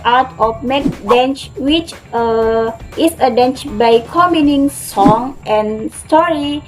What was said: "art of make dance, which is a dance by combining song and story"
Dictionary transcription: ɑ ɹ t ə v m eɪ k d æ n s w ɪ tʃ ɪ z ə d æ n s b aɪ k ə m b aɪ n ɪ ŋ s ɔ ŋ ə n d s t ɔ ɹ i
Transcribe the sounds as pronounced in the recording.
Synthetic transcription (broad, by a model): ɑ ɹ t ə f m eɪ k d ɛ n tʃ w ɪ tʃ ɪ s ə d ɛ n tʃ b aɪ k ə m i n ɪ ŋ s ɔ ŋ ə n s t ɔ ɹ i